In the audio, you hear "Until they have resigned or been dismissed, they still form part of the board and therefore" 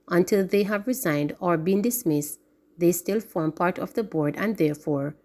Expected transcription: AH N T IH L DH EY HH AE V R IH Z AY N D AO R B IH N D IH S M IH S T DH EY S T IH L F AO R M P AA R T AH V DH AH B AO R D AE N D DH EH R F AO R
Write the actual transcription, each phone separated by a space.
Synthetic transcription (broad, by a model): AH N T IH L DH EY HH AE V R IH Z AY N D AO R B IH N D IH S M IH S T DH EY S T IH L F AO R M P AA R T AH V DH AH B AO R D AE N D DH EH R F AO R